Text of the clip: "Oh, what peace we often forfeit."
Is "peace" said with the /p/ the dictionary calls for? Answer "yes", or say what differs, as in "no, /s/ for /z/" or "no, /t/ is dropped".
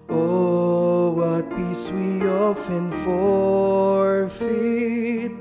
no, /b/ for /p/